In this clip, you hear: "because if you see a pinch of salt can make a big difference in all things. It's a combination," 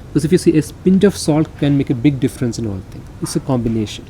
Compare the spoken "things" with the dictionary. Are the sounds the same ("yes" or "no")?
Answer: no